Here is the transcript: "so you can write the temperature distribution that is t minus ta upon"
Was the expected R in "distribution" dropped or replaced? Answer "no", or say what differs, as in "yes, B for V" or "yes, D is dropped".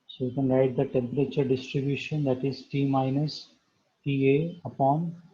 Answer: no